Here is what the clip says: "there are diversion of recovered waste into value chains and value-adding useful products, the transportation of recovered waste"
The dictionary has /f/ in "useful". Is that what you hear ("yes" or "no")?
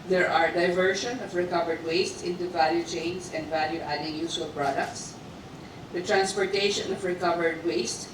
no